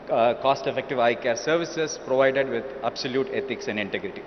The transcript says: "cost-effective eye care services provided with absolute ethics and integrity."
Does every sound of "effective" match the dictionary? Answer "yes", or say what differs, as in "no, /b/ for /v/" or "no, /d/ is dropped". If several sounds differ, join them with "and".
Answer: yes